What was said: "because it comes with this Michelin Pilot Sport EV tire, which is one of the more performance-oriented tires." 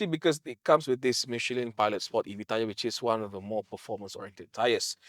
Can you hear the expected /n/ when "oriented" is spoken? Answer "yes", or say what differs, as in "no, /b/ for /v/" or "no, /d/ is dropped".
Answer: yes